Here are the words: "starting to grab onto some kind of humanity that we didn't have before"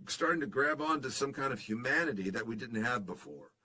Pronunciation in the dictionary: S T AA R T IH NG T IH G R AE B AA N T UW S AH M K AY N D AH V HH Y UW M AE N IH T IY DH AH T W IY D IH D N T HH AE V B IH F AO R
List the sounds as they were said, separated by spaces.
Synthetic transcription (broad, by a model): S T AA R T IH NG T IH G R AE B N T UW S AH M K AY N D AH V HH Y UW M AE N IH T IY DH AH T W IY D IH D N T HH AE V B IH F AO R